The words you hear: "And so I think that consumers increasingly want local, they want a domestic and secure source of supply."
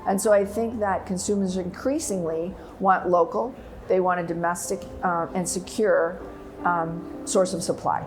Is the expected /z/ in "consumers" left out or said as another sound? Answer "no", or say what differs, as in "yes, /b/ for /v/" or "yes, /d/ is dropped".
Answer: no